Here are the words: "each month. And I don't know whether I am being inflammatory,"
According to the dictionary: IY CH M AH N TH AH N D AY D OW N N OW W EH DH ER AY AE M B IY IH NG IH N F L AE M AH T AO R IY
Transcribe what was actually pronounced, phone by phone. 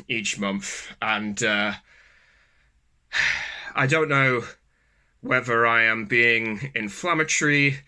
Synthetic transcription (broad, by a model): IY CH M AH N TH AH N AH AY D OW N N OW W EH DH ER AY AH M B IY IH NG IH N F L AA M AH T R IY